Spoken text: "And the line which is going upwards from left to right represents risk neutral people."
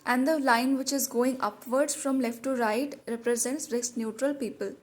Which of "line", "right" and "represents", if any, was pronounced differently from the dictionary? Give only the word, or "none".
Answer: none